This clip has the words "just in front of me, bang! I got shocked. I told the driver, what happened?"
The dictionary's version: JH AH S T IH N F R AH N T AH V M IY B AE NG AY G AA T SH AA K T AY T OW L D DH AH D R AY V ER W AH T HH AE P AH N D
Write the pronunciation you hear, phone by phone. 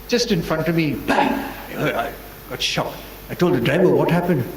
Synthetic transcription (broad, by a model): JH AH S T IH N F R AH N T AH V M IY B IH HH AY G AA T SH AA K AY T OW L D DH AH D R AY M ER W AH T HH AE P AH N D